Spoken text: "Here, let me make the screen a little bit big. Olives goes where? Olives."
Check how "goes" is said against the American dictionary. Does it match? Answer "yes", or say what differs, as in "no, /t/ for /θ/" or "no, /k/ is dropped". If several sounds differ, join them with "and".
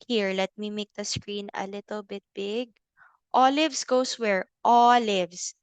no, /s/ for /z/